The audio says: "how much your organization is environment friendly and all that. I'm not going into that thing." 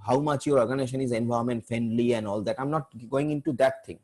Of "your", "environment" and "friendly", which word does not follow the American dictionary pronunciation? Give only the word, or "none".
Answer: environment